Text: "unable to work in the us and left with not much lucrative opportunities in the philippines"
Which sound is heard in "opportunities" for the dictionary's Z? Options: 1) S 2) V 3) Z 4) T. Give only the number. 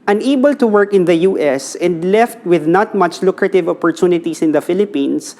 1